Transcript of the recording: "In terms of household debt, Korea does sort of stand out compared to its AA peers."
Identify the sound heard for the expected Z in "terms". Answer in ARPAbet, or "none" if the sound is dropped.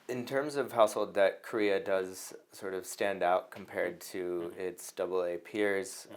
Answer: Z